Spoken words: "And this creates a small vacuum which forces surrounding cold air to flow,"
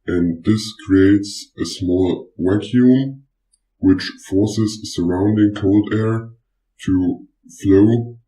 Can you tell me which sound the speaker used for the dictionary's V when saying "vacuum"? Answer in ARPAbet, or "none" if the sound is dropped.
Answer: W